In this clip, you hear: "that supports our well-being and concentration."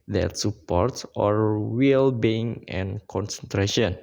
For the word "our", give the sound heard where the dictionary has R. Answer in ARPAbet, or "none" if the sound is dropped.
R